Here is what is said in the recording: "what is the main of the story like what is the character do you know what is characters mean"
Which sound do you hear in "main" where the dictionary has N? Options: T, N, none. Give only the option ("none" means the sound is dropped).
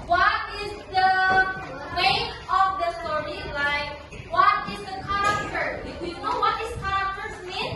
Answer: none